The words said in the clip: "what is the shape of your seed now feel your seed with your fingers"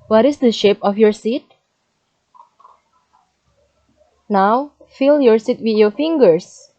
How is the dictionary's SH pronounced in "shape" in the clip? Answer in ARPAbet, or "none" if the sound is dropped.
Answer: SH